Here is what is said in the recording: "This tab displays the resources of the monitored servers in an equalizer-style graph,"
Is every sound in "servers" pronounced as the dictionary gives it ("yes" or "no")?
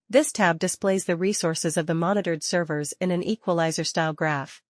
yes